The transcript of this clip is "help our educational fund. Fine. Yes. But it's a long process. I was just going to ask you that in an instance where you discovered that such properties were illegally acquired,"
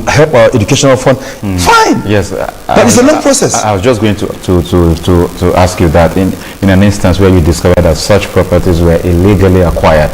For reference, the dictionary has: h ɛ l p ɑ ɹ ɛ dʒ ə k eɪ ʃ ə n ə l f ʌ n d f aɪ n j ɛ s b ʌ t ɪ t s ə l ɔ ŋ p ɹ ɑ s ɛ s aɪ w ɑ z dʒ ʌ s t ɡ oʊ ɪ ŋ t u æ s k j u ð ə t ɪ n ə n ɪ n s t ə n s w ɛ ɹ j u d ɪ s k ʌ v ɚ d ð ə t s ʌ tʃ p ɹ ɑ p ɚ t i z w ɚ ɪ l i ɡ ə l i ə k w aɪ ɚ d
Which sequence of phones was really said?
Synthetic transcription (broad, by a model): h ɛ l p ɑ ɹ ɛ dʒ ə k eɪ ʃ ə n ə l f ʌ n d f aɪ n j ɛ s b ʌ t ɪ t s ə l ɔ ŋ p ɹ ɑ s ɛ s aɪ w ɑ z dʒ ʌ s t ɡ oʊ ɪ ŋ t u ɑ s k j u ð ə t ɪ n ə n ɪ n s t ə n s w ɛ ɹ j u d ɪ s k ʌ v ɚ d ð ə t s ʌ tʃ p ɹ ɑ p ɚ t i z w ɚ ɪ l i ɡ ə l i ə k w aɪ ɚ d